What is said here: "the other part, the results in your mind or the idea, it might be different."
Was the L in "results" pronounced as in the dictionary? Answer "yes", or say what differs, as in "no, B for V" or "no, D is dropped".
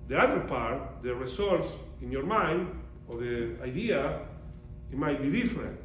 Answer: no, L is dropped